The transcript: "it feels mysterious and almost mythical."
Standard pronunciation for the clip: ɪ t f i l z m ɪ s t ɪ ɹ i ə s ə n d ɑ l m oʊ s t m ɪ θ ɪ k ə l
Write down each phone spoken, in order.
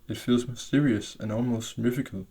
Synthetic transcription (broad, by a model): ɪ t f i l z m ɪ s t ɪ ɹ i ə s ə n ɑ l m oʊ s t m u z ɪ k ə l